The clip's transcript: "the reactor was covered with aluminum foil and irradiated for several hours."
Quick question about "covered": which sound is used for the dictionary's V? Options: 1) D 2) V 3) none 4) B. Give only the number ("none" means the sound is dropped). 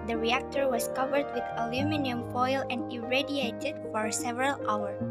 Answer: 2